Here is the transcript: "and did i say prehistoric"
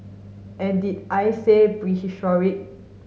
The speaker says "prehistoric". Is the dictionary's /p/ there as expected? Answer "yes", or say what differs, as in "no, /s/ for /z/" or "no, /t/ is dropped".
no, /b/ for /p/